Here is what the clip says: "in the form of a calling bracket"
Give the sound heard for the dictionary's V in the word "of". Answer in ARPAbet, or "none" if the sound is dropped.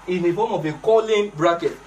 B